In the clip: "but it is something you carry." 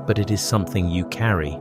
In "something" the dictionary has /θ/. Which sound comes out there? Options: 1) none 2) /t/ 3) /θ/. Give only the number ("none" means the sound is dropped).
3